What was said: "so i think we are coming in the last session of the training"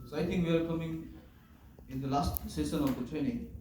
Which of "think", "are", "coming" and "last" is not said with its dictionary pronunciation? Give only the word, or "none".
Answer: think